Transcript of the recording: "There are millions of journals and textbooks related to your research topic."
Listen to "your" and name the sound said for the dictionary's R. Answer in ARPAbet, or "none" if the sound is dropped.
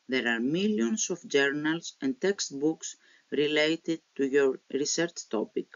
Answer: R